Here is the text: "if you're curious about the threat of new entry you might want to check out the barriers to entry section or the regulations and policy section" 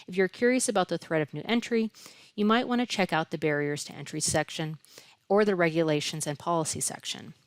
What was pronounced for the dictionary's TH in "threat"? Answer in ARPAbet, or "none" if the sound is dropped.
TH